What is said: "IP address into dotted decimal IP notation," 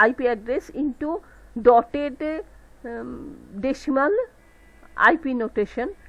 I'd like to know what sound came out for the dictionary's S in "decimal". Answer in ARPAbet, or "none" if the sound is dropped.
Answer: SH